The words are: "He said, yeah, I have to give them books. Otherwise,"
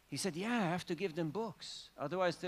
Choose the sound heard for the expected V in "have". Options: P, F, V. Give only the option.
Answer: F